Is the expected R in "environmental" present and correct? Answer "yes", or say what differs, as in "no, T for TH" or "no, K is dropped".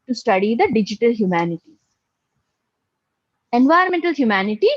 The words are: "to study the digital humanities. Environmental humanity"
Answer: no, R is dropped